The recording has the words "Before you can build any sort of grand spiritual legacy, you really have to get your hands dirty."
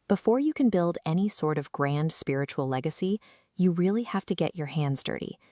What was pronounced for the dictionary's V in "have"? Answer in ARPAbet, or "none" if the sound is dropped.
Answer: F